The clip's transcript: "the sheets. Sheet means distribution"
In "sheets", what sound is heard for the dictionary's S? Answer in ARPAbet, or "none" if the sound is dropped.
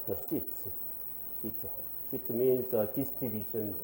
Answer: SH